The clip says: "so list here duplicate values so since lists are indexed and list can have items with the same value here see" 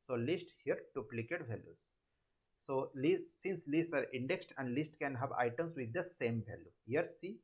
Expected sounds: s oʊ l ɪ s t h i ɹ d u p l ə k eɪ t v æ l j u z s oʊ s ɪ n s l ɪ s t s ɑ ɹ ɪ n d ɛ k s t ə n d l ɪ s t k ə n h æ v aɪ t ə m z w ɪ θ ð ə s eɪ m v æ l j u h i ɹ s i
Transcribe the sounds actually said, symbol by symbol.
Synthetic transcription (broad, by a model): s oʊ l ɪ s t h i ɹ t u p l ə k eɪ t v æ l j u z s oʊ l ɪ n s l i s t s ɑ ɹ ɪ n d ɛ k s t ə n d l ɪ s t k ə n h æ v aɪ t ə m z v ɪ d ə s eɪ m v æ l j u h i ɹ s i